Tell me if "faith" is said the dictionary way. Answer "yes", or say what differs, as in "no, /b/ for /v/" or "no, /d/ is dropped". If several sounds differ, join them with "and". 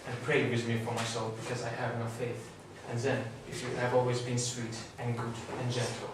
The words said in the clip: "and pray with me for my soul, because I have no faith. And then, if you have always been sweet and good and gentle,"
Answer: yes